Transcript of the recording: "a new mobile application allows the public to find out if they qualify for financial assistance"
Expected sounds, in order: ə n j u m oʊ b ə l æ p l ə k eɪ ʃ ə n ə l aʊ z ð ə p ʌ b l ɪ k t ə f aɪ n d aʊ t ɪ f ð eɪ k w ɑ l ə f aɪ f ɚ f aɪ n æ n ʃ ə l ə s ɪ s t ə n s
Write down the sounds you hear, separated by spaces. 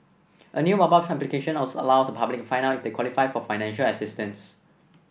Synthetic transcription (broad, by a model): ə n j u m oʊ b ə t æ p l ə k eɪ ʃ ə n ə l aʊ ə p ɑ b l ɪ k f aɪ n aʊ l ɪ f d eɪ k w ɑ l ə f aɪ f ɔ f aɪ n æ n ʃ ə l ə s ɪ s t ə n s